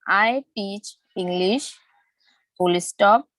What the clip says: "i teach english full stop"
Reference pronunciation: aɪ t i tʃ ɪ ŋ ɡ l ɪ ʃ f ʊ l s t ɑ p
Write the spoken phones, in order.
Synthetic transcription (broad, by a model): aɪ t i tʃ ɪ ŋ ɡ l ɪ ʃ p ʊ l s t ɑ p